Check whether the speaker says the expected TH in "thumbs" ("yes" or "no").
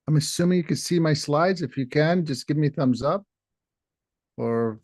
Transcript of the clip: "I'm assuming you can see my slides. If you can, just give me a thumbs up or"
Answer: yes